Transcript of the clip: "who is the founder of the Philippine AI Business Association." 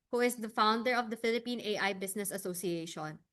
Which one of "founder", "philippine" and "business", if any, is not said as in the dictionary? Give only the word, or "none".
business